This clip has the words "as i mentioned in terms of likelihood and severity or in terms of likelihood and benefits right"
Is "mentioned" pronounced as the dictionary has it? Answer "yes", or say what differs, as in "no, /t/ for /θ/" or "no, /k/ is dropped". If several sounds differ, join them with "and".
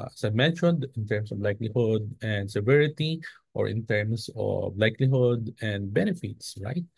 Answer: yes